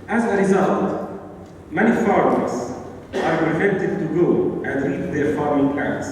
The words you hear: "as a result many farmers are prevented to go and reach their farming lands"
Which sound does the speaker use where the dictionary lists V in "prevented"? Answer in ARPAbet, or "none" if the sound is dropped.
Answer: F